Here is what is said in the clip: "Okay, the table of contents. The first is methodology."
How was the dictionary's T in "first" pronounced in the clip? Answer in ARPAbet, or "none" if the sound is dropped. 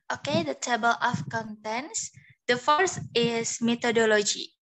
none